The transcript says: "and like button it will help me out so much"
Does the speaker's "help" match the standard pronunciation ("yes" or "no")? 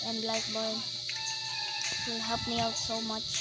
no